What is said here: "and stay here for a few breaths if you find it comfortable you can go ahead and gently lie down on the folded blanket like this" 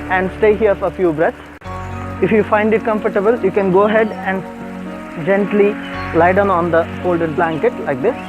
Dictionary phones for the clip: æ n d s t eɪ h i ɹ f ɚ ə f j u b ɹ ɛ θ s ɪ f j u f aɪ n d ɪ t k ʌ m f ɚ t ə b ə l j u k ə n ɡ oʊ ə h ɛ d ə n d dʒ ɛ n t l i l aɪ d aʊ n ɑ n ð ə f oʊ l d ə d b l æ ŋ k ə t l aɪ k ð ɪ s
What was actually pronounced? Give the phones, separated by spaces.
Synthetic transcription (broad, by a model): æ n d s t eɪ h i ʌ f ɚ ə f j u b ɹ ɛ t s ɪ f j u f aɪ n d ɪ t k ʌ m f ɚ t ə b ə l j u k ə n ɡ oʊ ə h ɛ d ə n d dʒ ɛ n t l i l aɪ d aʊ n ɑ n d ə f oʊ l d ə d b l æ ŋ k ə t l aɪ k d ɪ s